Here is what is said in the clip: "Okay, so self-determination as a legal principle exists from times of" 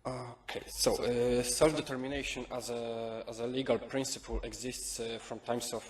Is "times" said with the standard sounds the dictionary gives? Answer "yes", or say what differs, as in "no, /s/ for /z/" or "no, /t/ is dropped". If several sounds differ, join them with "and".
no, /s/ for /z/